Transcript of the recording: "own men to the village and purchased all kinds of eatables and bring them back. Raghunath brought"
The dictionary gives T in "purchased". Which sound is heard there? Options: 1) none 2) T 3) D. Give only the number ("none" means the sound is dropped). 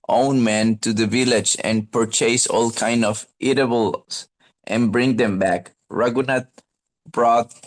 1